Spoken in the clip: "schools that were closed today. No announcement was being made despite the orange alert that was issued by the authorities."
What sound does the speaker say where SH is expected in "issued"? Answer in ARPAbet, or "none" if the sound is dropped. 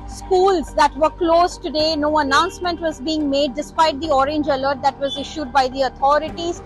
SH